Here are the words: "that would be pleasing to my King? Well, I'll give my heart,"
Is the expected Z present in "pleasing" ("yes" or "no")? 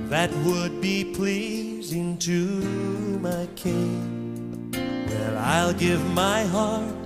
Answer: yes